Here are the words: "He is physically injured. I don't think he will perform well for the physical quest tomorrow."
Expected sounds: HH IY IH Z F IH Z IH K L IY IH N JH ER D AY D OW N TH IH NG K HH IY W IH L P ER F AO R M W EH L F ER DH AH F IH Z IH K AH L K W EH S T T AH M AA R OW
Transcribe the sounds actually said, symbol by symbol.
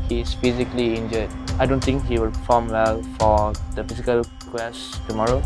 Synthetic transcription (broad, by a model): HH IY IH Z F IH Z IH K L IY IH N JH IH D AY D OW N T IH NG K HH IY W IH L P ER F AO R M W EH L F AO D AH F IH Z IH K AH L K W EH S T T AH M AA R OW